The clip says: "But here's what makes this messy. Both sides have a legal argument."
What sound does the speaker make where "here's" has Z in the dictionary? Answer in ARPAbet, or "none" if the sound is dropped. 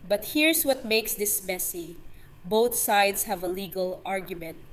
S